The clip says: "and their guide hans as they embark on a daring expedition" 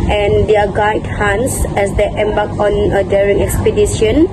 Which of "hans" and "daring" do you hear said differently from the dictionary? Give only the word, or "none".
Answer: none